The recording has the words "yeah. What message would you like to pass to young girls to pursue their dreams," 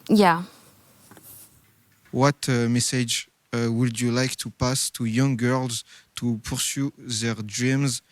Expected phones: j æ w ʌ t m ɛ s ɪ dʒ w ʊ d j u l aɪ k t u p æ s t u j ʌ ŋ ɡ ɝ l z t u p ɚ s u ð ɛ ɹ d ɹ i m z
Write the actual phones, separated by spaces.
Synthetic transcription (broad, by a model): j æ w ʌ t m ɛ s ɪ dʒ w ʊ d j u l aɪ k t u p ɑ s t u j ʌ ŋ ɡ ɝ l z t u p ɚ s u ð ɛ ɹ d ɹ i m z